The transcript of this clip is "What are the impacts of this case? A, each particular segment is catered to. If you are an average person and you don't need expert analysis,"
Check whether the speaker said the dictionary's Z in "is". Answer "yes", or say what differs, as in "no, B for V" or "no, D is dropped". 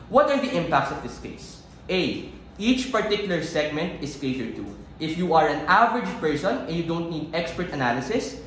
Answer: no, S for Z